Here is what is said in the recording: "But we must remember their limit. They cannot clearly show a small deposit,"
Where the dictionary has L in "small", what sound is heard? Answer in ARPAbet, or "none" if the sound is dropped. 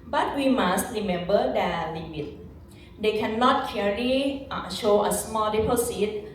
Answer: L